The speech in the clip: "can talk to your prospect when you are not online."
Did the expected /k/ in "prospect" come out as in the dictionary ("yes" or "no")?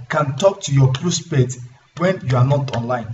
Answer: no